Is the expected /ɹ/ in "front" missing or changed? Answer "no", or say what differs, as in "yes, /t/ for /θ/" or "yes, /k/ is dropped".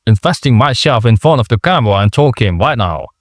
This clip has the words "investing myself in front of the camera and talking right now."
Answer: yes, /ɹ/ is dropped